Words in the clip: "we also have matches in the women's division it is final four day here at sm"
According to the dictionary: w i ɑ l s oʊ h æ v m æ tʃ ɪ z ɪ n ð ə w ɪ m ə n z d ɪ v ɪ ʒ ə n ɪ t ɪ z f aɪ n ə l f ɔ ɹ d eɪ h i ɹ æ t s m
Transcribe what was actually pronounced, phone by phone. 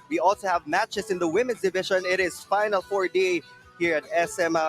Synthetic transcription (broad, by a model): w i ɑ l s oʊ h æ v m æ tʃ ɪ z ɪ n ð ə w ɪ m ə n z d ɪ v ɪ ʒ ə n ɪ t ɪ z f aɪ n ə l f ɔ ɹ d eɪ h i ɹ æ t s m